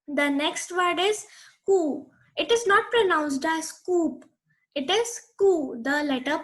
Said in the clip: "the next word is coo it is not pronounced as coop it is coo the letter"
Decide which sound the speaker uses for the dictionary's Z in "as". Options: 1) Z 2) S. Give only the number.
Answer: 2